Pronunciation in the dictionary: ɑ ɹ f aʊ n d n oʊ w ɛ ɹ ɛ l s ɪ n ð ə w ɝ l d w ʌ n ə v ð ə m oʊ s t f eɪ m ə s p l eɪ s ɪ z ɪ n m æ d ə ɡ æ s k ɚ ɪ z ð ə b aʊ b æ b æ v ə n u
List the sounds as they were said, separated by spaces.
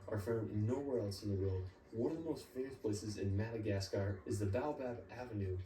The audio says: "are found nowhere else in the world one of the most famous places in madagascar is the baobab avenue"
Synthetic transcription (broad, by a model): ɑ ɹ f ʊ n n oʊ w ɛ ɹ ɛ l s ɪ n ð ə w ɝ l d w ʌ n ə v ð ə m oʊ s t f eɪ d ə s p l eɪ s ɪ z ɪ n m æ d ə ɡ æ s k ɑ ɪ z ð ə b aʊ b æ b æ v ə n u